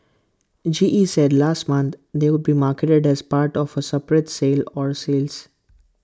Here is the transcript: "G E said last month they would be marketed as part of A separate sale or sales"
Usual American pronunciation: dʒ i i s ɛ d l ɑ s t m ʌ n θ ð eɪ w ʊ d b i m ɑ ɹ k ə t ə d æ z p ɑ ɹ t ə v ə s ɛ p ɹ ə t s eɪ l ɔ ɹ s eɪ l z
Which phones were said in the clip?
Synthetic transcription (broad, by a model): dʒ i i s ɛ d l ɑ s t m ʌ n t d eɪ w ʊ d b i m ɑ ɹ k ə t ə d æ z p ɑ ɹ t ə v ə s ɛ p ɹ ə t s eɪ l ɔ ɹ s eɪ l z